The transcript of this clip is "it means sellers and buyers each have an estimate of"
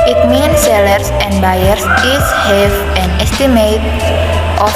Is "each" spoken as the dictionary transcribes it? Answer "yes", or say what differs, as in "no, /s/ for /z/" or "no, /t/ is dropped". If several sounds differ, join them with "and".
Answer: no, /s/ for /tʃ/